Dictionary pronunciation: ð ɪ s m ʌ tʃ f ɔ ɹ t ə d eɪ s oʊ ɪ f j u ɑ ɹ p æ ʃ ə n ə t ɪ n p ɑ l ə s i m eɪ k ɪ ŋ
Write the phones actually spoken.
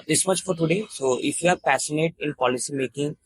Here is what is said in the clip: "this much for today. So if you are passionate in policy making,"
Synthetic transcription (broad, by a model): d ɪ s m ʌ tʃ f ɔ ɹ t ə d eɪ s oʊ ɪ f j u ɑ ɹ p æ s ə n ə t ɪ n p ɑ l ə s i m eɪ k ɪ ŋ